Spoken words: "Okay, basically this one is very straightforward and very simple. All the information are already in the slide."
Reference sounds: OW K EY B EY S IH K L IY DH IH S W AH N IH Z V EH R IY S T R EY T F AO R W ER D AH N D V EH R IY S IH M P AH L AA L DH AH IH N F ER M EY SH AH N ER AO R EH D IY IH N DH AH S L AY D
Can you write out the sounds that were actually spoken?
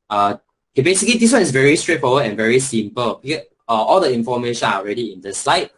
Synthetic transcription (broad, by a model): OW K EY B EY S IH K L IY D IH S W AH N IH S V EH R IY S T R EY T F AO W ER AH N V EH R IY S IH M P AH L AA L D AH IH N F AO M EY SH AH N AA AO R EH D IY IH N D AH S L AY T